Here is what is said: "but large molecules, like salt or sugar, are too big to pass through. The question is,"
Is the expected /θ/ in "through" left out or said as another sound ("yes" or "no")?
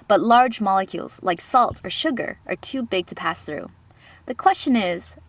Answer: no